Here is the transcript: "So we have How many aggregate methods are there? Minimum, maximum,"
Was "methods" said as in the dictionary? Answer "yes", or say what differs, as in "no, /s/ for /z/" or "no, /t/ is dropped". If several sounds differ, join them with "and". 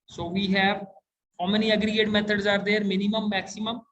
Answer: no, /t/ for /θ/